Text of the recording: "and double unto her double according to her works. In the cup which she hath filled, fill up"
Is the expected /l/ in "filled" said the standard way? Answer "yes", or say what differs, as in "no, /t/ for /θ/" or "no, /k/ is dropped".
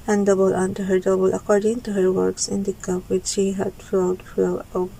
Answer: no, /l/ is dropped